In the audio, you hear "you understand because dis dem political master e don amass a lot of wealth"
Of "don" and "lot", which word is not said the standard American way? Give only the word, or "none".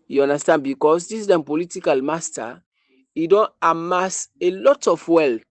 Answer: none